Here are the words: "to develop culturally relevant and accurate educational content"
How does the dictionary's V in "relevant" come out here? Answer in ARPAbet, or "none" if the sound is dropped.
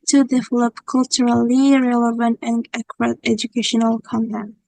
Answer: V